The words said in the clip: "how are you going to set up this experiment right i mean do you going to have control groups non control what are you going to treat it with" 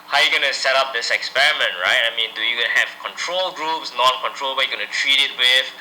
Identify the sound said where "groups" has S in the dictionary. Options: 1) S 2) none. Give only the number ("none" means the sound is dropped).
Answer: 1